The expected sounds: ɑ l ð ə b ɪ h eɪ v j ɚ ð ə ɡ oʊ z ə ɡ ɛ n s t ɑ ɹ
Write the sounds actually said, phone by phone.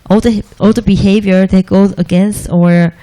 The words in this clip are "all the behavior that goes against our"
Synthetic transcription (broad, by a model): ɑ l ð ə b ɪ h eɪ v j ɚ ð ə ɡ oʊ z ə ɡ ɛ n s t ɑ ɹ